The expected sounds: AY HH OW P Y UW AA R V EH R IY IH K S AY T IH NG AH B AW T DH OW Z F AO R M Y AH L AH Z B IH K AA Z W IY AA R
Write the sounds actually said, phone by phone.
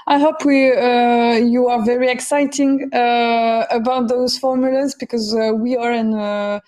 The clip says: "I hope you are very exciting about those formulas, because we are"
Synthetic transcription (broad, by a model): AY HH OW P Y UW AA R V EH R IY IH K S AY T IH NG AH B AW T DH OW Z F AO R M Y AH L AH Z B IH K AA Z W IY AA R